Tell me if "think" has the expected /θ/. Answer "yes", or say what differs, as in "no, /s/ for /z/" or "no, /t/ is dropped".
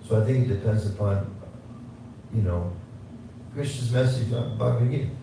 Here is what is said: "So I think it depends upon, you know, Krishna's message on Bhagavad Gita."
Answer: yes